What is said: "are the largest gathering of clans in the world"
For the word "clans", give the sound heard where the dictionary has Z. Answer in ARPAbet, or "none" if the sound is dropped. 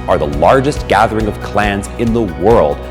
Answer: Z